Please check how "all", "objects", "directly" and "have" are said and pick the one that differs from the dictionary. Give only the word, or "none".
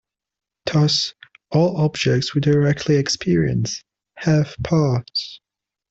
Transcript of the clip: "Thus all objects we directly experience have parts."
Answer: have